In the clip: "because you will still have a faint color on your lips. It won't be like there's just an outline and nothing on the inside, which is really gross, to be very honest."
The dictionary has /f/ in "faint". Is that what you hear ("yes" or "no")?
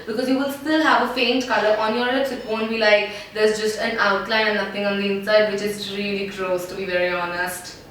yes